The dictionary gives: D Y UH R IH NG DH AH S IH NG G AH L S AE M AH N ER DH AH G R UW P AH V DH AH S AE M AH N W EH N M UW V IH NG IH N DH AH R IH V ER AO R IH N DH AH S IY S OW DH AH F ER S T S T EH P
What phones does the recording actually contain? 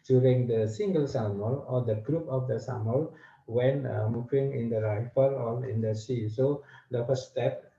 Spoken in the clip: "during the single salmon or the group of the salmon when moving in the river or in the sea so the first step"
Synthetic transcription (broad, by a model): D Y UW R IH NG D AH S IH NG G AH L S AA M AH L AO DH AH G R UW P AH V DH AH S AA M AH L W EH N M UW V IH NG IH N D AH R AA F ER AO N IH N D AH S IY S OW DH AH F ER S S T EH P